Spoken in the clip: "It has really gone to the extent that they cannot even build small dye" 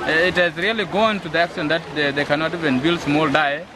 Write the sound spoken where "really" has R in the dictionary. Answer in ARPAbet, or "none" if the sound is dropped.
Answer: R